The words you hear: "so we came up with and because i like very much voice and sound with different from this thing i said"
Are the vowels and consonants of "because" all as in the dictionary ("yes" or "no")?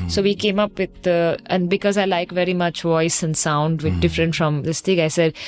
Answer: yes